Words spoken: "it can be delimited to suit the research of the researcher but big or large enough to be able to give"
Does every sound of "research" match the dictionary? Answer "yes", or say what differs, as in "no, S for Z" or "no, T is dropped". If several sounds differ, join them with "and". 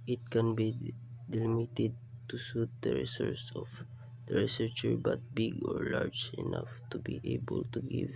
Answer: no, S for CH